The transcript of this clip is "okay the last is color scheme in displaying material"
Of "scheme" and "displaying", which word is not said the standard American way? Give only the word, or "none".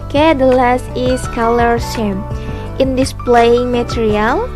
scheme